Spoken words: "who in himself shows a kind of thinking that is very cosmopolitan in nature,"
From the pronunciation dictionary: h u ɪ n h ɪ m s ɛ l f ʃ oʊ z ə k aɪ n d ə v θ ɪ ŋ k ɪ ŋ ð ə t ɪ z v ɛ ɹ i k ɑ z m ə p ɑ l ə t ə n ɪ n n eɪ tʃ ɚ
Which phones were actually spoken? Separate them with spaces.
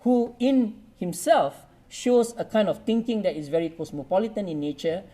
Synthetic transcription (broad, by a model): h u ɪ n h ɪ m s ɛ l f ʃ oʊ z ə k aɪ n d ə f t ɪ ŋ k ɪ ŋ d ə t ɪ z v ɛ ɹ i k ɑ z m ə p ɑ l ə t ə n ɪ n n eɪ tʃ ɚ